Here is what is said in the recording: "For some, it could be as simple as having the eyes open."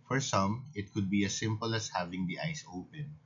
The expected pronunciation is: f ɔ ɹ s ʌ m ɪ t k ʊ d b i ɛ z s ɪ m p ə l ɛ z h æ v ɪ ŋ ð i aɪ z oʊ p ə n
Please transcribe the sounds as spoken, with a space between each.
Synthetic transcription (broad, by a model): f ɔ ɹ s ʌ m ɪ t k ʊ d b i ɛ s ɪ m p ə l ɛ s h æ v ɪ ŋ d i aɪ s oʊ p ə n